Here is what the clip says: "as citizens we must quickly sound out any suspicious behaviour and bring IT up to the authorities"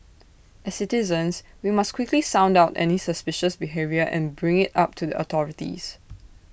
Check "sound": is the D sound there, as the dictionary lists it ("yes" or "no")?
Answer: yes